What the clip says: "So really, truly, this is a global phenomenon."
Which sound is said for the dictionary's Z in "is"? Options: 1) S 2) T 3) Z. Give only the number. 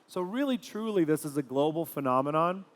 3